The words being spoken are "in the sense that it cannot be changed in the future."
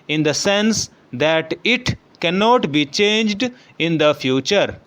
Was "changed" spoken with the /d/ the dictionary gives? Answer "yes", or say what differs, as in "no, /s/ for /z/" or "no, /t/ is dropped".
yes